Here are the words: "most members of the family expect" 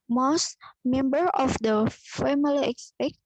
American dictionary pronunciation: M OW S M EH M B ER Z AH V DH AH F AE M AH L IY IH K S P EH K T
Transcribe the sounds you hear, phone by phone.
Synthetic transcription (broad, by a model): M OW S M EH M B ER AH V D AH F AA M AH L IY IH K S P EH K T